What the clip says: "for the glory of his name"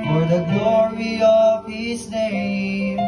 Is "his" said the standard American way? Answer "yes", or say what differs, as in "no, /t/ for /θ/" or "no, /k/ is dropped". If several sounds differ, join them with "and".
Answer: no, /s/ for /z/